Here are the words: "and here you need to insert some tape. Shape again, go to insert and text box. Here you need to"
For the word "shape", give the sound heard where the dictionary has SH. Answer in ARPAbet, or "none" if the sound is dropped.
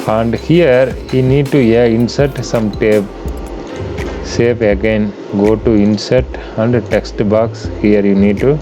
S